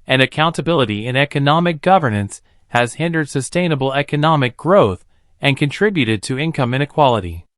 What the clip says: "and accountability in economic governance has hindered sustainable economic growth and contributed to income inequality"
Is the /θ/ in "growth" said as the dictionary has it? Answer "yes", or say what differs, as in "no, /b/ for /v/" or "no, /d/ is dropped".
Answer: yes